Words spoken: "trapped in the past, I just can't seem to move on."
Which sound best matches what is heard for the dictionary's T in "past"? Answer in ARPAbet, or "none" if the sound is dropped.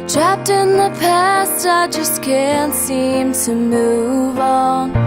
T